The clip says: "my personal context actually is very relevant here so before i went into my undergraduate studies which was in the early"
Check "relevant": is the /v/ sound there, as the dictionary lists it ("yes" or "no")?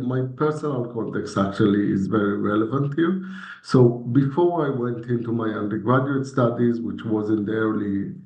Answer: yes